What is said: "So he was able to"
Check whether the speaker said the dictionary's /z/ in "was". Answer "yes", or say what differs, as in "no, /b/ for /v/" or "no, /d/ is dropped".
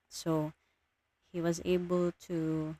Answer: yes